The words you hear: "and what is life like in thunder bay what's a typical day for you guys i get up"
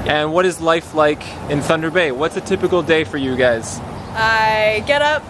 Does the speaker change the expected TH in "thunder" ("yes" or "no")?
no